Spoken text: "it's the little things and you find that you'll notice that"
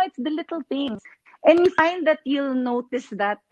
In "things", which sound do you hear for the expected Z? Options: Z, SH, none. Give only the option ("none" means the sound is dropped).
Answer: none